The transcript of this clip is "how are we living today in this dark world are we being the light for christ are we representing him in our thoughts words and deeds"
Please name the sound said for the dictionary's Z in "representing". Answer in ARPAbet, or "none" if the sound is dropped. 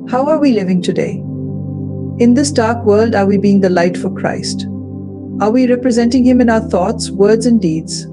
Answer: Z